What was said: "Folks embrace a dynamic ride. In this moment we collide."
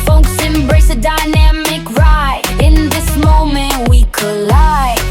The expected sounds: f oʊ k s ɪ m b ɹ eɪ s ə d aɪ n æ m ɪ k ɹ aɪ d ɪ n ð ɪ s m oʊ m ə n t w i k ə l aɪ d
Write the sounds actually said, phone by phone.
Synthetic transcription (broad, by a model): f oʊ k s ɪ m b ɹ eɪ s ə d aɪ n æ m ɪ k ɹ aɪ ɪ n ð ɪ s m oʊ m ə n t w i k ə l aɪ